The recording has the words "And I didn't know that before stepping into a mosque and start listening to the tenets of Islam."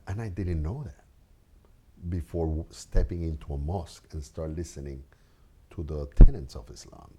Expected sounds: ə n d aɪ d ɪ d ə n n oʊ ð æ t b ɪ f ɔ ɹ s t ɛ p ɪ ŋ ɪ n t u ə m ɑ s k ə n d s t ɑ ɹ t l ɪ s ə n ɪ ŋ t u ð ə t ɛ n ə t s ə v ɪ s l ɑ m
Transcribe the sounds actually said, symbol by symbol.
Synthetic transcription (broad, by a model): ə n aɪ d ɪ d n n oʊ ð æ t b ɪ f ɔ ɹ s t ɛ p ɪ ŋ ɪ n t u ə m ɑ s k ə n s t ɑ ɹ t l ɪ s ə n ɪ ŋ t u ð ə t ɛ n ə t s ə v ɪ s l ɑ m